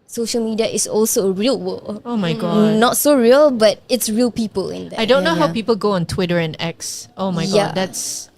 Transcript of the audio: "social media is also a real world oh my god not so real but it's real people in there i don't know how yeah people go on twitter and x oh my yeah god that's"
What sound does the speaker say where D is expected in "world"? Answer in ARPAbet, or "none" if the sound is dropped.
none